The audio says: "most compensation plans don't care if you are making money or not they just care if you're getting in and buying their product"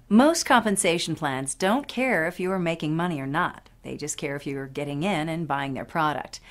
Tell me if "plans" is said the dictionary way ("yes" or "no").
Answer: yes